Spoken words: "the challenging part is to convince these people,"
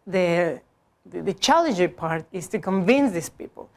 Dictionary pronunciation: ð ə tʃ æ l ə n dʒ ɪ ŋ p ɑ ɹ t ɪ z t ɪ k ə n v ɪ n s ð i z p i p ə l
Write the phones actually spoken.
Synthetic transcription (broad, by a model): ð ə tʃ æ l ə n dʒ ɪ p ɑ ɹ t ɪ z t ɪ k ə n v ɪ n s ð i s p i p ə l